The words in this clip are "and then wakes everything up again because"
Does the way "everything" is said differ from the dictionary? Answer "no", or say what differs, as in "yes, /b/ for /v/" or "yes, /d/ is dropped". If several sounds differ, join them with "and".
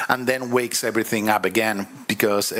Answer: no